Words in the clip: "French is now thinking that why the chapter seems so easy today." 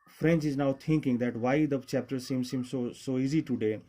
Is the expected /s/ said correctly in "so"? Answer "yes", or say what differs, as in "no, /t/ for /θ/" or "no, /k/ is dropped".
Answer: yes